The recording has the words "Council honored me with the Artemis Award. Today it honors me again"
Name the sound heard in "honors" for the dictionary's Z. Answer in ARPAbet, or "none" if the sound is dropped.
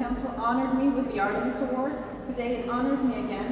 Z